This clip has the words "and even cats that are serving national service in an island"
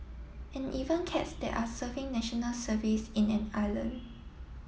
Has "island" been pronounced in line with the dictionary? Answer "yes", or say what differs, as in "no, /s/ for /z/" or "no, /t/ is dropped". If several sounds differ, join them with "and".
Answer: no, /d/ is dropped